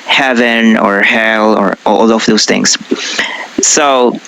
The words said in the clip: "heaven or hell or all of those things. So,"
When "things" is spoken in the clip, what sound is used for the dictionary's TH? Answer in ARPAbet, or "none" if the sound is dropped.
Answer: TH